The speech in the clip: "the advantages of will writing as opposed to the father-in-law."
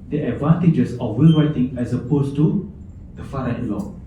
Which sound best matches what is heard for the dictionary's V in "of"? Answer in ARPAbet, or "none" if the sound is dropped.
F